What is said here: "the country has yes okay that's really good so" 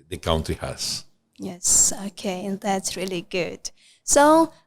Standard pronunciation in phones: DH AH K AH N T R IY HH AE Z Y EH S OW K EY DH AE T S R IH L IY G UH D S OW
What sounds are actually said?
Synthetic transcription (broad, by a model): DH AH K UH N T IY HH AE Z Y EH S OW K EY DH AE T S R IH L IY G UH D S OW